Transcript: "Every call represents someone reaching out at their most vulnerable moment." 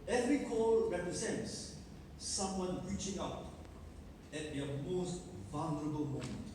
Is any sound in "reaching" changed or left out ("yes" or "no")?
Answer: no